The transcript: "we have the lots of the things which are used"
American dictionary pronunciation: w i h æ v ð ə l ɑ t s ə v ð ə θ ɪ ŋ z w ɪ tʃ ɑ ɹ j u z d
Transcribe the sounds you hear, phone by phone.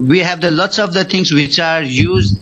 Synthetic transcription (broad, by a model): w i h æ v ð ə l ɑ t s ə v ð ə t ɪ ŋ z w ɪ tʃ ɑ ɹ j u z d